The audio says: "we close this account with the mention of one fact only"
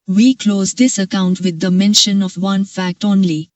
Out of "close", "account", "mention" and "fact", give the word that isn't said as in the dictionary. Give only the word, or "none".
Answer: none